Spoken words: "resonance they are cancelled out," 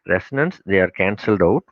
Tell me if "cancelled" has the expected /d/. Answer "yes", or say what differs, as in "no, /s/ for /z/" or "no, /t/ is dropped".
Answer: yes